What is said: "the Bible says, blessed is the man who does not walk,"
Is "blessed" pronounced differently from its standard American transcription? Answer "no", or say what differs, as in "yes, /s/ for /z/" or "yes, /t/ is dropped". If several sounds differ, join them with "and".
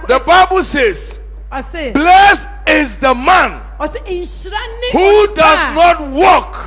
yes, /t/ is dropped